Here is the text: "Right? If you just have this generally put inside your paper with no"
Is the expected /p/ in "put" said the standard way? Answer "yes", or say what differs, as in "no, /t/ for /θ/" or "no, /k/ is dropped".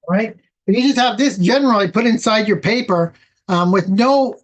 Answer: yes